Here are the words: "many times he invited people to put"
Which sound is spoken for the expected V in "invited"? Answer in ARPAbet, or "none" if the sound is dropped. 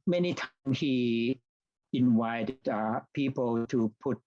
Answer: W